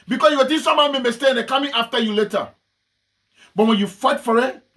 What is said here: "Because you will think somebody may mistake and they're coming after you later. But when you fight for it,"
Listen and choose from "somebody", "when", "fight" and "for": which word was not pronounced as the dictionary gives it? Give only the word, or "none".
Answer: somebody